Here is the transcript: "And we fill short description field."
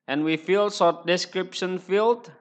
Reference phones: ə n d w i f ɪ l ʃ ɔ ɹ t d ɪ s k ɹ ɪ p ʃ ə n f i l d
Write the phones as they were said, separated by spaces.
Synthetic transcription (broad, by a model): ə n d w i f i l s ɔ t d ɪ s k ɹ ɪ p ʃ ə n f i l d